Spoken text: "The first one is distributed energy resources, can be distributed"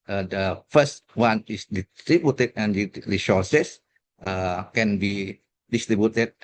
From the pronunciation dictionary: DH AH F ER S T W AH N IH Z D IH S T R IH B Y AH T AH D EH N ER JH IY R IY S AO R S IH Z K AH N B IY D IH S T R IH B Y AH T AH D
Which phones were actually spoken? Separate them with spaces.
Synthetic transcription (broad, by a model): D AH F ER S T W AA N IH S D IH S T R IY B Y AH T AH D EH N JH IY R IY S AO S S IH K AH N B IY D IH S T R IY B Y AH T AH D